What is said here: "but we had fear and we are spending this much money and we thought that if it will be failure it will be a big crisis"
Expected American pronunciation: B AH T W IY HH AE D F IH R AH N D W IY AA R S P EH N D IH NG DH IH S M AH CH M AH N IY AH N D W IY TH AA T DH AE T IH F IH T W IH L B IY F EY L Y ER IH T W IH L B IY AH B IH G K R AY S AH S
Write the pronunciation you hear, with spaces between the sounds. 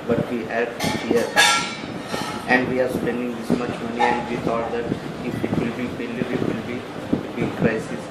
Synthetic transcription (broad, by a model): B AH T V IY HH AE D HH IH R AH N D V IY AA R S P EH N D IH NG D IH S M AH CH M AH N IY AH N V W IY T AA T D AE T IH F IH T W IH L B IY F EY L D IH T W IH L B IY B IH K R AY S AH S